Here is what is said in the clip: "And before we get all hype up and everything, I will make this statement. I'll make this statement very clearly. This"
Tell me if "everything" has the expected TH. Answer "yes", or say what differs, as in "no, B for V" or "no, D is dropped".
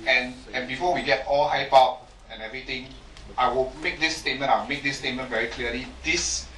no, T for TH